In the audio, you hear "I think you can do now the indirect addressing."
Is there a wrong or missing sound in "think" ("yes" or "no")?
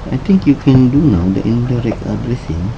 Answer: yes